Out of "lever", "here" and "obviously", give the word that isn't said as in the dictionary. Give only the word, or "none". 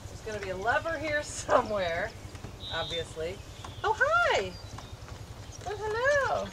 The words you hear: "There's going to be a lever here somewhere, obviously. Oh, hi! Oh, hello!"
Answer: none